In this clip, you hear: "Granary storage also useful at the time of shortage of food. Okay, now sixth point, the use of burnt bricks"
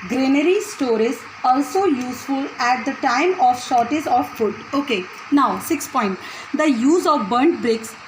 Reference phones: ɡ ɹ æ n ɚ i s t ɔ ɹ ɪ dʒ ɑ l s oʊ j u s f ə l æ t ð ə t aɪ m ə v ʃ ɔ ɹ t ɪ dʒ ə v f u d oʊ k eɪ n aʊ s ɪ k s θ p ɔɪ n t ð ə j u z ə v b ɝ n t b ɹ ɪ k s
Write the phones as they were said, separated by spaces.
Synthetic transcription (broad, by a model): ɡ ɹ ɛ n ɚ i s t ɔ ɹ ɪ z ɑ l s oʊ j u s f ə l æ t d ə t aɪ m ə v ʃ ɔ ɹ t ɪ z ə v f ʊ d oʊ k eɪ n aʊ s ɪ k s p ɔɪ n t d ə j u z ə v b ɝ n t b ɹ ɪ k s